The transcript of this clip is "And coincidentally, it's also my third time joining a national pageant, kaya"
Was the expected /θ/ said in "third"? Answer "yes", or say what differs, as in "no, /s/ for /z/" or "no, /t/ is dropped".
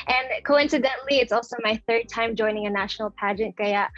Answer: yes